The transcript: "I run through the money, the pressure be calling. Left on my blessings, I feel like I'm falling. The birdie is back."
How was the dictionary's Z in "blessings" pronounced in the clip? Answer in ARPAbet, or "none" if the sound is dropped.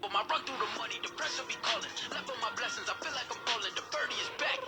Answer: Z